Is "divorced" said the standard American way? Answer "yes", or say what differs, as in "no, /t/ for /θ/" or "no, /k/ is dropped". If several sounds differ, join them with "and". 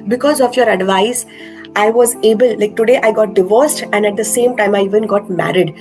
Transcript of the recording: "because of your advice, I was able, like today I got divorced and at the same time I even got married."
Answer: yes